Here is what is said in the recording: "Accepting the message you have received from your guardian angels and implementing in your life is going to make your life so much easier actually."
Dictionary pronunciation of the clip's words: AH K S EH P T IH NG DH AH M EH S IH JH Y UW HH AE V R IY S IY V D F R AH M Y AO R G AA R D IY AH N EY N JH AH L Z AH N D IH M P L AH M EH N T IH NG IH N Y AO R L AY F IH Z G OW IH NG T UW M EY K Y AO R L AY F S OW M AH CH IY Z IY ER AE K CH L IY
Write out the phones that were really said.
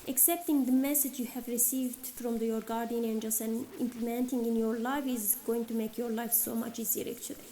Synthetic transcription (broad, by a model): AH K S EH P T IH NG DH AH M EH S IH JH Y UW HH AE V R IY S IY V D F R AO M Y AO R G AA R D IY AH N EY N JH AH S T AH N IH M P L AH M EH N T IH NG IH N Y AO R L AY F IH Z G OW IH NG T UW M EY K Y AO R L AY F S OW M AH CH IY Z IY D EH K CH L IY